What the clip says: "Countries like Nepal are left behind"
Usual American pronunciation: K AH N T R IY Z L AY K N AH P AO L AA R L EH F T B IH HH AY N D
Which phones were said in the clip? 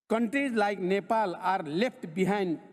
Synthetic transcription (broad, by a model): K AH N T R IY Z L AY K N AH P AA L AA R L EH P T B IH HH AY N D